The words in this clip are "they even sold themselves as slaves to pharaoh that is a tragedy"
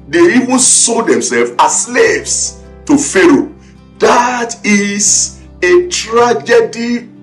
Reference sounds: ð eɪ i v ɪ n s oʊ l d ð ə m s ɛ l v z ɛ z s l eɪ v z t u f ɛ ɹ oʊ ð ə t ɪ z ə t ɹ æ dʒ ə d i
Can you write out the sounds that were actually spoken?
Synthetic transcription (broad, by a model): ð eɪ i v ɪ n s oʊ d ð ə m s ɛ l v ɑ s l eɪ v s t u f ɛ ɹ oʊ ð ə t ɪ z ə t ɹ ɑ dʒ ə d i